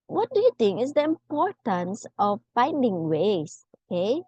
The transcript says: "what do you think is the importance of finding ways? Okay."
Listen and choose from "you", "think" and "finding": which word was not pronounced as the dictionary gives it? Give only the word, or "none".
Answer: think